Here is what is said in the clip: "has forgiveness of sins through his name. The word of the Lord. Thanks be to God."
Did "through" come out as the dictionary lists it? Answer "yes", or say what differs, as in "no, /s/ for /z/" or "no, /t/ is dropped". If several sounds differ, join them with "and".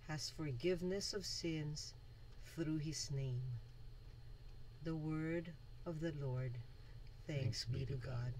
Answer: yes